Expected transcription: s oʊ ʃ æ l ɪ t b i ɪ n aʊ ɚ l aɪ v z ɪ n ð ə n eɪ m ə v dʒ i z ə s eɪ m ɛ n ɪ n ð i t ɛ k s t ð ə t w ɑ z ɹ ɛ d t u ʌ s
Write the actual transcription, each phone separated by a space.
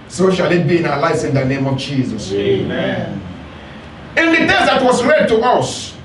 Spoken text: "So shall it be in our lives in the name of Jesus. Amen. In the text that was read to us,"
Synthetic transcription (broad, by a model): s oʊ ʃ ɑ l ɪ t b i ɪ n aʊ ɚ l aɪ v s ɪ n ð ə n eɪ m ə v dʒ i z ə s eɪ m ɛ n ɪ n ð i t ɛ s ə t w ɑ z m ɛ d t u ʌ s